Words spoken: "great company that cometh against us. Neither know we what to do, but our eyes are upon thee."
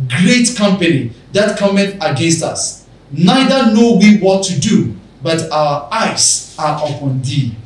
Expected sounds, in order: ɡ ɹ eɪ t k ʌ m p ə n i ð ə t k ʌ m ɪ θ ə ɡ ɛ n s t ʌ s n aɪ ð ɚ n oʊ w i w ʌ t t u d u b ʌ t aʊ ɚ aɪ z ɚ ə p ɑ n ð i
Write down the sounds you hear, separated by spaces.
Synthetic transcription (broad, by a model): ɡ ɹ eɪ t k ʌ m p ə n i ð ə t k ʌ m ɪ t ə ɡ ɛ n s t ʌ s n aɪ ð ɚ n oʊ w i w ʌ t t u d u b ʌ t aʊ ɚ aɪ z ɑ ə p ɑ n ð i